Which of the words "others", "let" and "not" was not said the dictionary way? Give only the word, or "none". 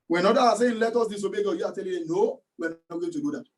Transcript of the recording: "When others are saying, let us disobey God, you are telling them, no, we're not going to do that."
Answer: others